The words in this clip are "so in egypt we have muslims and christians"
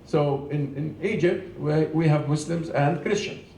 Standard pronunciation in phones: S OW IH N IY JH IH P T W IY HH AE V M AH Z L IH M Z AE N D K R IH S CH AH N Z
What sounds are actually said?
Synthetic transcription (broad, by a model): S OW IH N IY JH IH P T W IY HH AE V M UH S L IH M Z AE N D K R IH S CH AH N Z